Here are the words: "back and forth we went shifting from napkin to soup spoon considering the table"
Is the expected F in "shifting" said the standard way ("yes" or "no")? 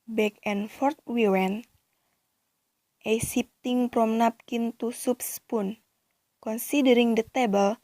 no